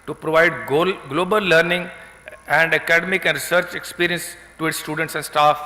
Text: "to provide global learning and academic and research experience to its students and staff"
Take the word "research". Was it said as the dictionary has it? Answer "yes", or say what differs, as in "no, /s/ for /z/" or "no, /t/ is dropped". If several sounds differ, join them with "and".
yes